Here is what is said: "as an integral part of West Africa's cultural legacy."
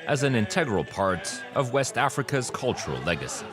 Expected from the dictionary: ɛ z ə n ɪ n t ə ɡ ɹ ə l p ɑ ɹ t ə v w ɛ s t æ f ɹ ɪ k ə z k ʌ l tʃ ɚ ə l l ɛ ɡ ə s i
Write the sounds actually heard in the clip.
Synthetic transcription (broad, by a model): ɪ z ə n ɪ n t ə ɡ ɹ ə l p ɑ ɹ t ə v w ɛ s t æ f ɹ ɪ k ə z k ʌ l tʃ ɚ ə l l ɛ ɡ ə s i